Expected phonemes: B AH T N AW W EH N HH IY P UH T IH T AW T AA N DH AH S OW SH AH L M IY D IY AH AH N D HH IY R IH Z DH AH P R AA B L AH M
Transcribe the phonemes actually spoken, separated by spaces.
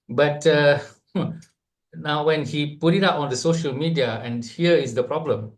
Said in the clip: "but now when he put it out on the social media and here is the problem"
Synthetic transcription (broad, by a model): B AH T N AW W EH N HH IY P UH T IH T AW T AA N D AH S OW SH AH L M IY D IY AH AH N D HH IY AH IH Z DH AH P R AA B L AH M